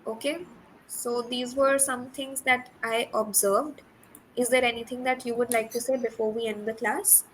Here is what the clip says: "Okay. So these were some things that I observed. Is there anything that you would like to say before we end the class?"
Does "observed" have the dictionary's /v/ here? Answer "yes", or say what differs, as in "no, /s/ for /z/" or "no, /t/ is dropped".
yes